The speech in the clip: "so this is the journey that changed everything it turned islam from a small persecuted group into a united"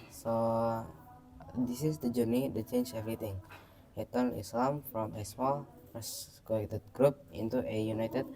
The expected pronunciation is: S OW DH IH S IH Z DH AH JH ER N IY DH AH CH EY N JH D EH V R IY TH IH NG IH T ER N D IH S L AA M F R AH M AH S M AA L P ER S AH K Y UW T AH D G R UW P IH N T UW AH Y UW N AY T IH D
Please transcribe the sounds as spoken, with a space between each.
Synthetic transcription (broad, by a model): S OW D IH S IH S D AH JH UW N IY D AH CH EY N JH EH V R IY T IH NG IH T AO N IH S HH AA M F R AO M AH S M AA L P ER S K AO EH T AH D G R UW P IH N T UW AH Y UW N AY T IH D